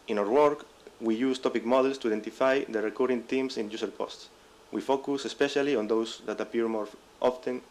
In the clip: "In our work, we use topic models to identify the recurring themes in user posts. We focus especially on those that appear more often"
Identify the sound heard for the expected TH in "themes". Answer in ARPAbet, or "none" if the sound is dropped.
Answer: T